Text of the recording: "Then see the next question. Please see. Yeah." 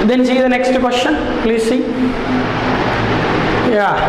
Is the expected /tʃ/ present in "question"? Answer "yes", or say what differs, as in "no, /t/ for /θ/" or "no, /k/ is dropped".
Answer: no, /ʃ/ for /tʃ/